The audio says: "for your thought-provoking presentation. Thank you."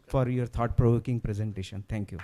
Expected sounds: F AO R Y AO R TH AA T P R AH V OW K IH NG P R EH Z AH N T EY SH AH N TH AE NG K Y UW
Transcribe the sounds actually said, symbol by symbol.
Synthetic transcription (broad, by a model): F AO R Y AO R T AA T P R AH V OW K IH NG P R EH Z AH N T EY SH AH N T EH NG K Y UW